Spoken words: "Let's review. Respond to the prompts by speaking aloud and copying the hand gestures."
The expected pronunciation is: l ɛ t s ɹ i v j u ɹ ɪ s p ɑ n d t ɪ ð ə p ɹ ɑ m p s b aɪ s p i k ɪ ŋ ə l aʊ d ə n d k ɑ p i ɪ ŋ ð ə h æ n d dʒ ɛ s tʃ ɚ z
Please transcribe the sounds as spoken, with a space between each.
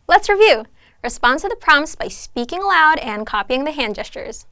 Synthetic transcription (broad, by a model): l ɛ t s ɹ i v j u ɹ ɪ s p ɑ n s t ɪ ð ə p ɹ ɑ m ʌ s b aɪ s p i k ɪ ŋ ə l aʊ d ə n k ɑ p i ɪ ŋ ð ə h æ n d dʒ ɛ s tʃ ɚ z